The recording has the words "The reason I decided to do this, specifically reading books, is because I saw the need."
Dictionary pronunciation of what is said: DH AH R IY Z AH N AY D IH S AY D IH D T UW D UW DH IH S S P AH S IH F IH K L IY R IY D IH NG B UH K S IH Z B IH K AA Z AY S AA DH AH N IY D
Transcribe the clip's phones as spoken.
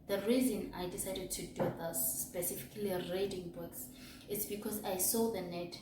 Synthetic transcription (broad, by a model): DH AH R IY Z AH N AY D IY S AY D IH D T UW D UW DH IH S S P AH S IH F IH K L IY R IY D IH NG B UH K S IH S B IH K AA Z AY S AA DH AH N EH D